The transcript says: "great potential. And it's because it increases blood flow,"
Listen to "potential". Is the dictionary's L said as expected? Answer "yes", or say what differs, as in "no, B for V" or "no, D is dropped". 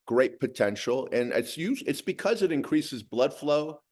no, N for L